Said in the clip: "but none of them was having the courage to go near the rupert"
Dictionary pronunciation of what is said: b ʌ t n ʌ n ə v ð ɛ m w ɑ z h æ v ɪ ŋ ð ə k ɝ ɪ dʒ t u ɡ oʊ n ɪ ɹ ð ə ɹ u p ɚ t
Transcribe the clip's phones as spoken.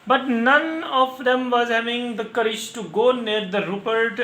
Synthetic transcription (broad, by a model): b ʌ t n ʌ n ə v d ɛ m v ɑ z h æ v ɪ ŋ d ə k ɝ ɪ dʒ t u ɡ oʊ n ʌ ɹ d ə ɹ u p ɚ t